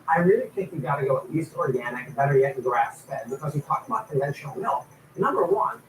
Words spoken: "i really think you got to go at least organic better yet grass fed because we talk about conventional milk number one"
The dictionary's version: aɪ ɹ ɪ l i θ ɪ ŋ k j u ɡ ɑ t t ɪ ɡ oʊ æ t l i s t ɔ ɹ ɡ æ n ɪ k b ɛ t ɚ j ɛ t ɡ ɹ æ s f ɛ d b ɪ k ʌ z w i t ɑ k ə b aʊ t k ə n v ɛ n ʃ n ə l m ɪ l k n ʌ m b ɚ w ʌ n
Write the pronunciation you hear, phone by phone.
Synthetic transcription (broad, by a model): aɪ ɹ ɪ l i t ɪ k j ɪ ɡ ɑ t t ɪ ɡ oʊ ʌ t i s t ɔ ɹ ɡ æ n ɪ k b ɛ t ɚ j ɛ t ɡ ɹ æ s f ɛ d b ɪ k ʌ z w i t ɑ k ə b aʊ t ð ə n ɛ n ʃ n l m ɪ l n ʌ m b ɚ w ʌ n